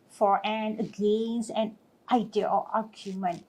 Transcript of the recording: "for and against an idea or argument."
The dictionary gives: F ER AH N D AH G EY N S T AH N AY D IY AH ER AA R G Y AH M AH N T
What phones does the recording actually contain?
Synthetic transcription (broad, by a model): F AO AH N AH G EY N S AH N AY D IY AH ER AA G Y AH M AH N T